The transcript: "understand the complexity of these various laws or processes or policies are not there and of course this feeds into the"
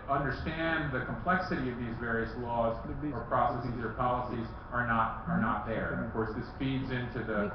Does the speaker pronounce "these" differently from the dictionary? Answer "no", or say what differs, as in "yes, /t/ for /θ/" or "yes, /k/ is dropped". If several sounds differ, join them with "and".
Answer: no